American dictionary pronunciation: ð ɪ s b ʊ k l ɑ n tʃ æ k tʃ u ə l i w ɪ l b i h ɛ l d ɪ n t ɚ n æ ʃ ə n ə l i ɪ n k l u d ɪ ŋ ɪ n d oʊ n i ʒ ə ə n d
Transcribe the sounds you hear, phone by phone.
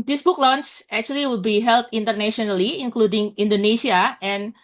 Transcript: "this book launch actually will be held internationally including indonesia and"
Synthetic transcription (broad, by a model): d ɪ s b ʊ k l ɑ n s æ k tʃ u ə l i w ɪ l b i h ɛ l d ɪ n t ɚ n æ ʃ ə n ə l i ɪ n k l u d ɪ ŋ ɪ n d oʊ n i s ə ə n